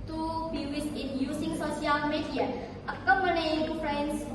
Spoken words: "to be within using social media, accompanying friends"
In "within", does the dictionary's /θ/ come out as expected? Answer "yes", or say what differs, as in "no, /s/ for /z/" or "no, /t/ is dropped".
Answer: no, /s/ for /θ/